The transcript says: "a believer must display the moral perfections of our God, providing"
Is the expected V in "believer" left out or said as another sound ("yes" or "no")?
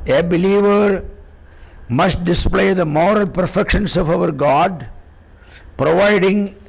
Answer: no